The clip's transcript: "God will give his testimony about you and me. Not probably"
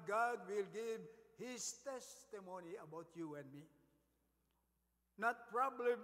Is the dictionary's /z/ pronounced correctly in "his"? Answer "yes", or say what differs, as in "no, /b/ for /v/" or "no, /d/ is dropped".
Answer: no, /s/ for /z/